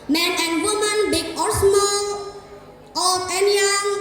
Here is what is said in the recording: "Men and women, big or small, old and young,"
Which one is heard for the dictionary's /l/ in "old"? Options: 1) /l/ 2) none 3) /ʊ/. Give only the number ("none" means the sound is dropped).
2